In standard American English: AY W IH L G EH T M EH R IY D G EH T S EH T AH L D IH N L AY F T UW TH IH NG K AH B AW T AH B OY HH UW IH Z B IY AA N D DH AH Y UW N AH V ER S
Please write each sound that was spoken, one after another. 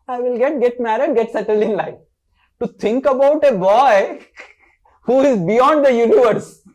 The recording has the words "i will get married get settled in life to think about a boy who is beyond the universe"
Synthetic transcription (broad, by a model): AY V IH L G EH T M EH R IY D G EH T S EH T AH L D IH N L AY F T UW T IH NG K AH B AW T AH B OY HH UW IH Z B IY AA N D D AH Y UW N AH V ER S